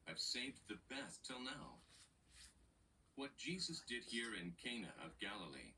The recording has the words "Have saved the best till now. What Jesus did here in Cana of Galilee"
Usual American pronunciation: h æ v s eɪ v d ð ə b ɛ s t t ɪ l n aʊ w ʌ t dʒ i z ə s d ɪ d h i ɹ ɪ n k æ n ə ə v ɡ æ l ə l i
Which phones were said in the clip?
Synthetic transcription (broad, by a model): h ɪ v s eɪ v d ð ə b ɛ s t t ɪ l n aʊ w ʌ t dʒ i z ə s d ɪ d h i ɹ ɪ n k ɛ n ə ə v ɡ æ l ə l i